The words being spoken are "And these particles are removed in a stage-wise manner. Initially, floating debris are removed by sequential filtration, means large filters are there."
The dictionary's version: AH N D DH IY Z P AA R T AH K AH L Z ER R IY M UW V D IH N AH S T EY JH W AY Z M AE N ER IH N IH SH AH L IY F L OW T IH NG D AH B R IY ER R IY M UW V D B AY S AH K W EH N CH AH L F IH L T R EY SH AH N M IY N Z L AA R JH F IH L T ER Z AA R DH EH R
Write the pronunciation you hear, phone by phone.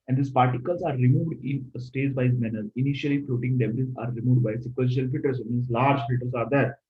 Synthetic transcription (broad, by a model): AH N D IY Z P AA R T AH K AH L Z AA R IY M UW V D IH N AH S T EY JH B AY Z M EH N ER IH N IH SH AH L IY F L OW T IH NG D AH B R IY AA R IY M UW V D B AY S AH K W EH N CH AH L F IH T T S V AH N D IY Z L AA R JH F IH T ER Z AA R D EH R